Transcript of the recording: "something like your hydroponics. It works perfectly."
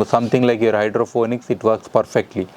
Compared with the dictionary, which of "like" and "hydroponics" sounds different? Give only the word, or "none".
hydroponics